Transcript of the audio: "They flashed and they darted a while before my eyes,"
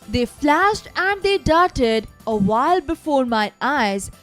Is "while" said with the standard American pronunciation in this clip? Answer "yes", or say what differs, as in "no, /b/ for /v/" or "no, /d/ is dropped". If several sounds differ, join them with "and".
yes